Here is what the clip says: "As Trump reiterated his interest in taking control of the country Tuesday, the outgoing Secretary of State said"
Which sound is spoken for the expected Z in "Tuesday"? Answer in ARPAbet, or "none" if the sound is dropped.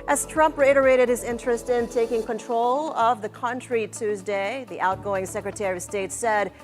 Z